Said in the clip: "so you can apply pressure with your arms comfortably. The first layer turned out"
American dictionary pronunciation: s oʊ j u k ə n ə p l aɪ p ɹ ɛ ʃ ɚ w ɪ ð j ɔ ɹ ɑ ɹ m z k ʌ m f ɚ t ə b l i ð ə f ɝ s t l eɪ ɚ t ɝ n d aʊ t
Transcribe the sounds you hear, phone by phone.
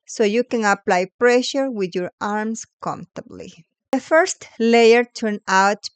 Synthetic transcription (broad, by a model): s oʊ j u k ə n ə p l aɪ p ɹ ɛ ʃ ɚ w ɪ ð j ɔ ɹ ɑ ɹ m s k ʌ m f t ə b l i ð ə f ɝ s t l eɪ ɚ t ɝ n aʊ t